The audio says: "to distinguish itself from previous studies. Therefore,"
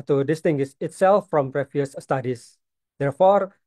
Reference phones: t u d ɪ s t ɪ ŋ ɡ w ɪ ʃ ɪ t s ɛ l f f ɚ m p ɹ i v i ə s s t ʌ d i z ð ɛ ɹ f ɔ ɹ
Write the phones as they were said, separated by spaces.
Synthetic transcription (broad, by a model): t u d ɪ s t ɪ ŋ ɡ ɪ s ɪ t s ɛ l f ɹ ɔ m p ɹ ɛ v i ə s s t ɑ d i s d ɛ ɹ f ɔ ɹ